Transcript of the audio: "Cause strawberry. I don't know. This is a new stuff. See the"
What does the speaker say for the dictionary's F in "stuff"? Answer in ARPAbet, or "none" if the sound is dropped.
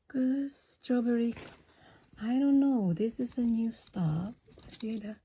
P